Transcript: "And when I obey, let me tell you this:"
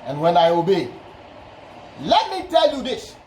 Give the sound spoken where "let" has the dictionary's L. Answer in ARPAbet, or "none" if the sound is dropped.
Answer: L